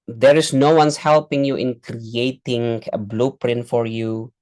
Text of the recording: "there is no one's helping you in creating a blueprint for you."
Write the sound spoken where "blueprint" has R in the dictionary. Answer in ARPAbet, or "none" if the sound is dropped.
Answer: R